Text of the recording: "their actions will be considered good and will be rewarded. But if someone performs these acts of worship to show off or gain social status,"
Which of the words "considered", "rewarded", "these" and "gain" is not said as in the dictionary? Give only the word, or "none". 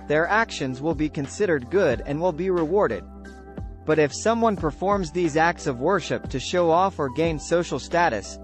none